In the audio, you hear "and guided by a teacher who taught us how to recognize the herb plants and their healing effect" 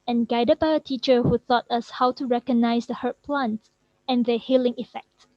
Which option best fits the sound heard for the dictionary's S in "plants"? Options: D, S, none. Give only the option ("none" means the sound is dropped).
none